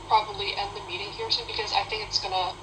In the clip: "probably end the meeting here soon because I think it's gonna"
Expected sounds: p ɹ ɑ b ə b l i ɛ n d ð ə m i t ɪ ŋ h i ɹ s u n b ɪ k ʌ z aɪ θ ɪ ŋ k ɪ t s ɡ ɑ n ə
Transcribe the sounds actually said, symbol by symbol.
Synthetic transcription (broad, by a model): p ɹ ɑ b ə b l i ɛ n ð ə m i t ɪ ŋ h i ɹ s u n b ɪ k ʌ z aɪ θ ɪ ŋ k ɪ t s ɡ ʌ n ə